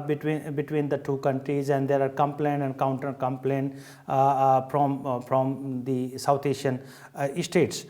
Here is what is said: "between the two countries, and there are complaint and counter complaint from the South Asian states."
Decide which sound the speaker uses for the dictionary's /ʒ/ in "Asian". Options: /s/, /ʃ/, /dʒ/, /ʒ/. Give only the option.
/ʃ/